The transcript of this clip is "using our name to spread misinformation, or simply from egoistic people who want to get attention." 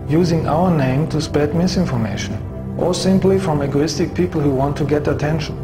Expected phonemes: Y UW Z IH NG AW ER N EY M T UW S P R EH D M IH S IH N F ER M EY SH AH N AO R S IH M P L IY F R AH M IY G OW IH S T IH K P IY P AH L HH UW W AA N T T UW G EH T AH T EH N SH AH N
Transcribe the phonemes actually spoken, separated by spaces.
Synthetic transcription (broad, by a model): Y UW Z IH NG AW ER N EY M T UW S P EH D M IH S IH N F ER M EY SH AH N AO R S IH M P L IY F R AH M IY G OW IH S T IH K P IY P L HH UW W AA N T T UW G EH T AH T EH N SH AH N